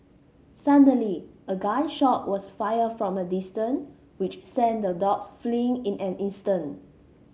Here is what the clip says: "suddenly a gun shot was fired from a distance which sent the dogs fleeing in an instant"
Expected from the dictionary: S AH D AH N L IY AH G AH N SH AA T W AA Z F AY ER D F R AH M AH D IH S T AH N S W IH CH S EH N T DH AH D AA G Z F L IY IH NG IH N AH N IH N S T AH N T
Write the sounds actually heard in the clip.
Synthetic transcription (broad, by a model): S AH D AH L IY AH G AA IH SH AA T W AA S F AY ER F R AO M AH D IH S T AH N W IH CH S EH N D AH D AA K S F L IY IH NG IH N AH N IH N S T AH N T